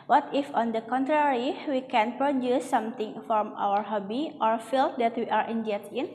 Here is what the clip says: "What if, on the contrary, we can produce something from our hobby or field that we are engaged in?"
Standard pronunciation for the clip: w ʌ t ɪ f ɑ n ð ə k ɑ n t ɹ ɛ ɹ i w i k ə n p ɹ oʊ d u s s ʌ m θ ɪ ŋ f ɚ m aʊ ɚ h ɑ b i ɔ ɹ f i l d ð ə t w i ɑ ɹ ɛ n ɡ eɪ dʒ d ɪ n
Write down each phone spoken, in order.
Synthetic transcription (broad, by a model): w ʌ t ɪ f ɑ n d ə k ɑ n t ɹ ɛ ɹ i w i k ə n p ɹ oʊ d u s s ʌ m t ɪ ŋ f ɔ m aʊ ɚ h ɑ b i ɔ ɹ f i l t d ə t w i ɑ ɹ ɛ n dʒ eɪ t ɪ n